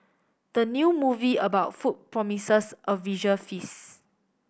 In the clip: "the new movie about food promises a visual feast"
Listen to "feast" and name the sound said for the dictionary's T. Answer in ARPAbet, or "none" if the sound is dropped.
none